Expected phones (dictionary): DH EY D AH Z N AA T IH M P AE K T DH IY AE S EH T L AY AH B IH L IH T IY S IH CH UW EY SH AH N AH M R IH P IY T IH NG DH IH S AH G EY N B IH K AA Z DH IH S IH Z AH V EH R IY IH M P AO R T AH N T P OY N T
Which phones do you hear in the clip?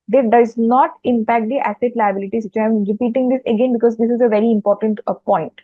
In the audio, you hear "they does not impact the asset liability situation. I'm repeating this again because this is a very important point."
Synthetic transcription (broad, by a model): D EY D AH Z N AA T IH M P AE K T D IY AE S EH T L AY AH B IH L IH T IY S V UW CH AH AH M R IH P IY T IH NG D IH S AH G EY N B IH K AA Z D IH S IH Z AH V EH R IY IH M P AO R T AH N T P OY N T